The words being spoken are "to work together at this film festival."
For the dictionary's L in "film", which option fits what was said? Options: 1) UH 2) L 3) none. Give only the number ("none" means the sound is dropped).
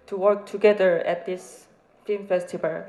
3